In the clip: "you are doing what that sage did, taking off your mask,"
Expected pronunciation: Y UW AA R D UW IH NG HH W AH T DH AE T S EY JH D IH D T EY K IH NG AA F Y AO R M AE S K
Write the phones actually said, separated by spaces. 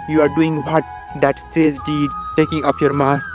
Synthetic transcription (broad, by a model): Y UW AA R D UW IH NG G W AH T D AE T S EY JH D IH D T EY K IH NG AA P Y AO R M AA S